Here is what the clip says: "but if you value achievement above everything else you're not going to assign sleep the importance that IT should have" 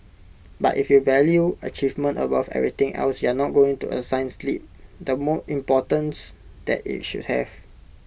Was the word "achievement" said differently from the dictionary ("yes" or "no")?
no